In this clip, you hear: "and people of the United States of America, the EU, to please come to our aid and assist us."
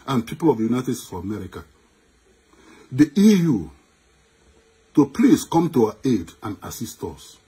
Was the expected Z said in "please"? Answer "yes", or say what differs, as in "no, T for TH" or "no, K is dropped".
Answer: no, S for Z